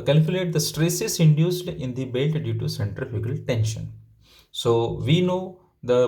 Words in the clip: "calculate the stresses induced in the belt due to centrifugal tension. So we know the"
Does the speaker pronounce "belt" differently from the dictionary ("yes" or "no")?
no